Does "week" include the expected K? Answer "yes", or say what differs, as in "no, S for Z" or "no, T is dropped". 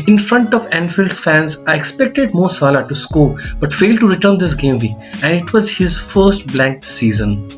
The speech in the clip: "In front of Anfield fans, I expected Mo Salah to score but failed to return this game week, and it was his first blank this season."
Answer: no, K is dropped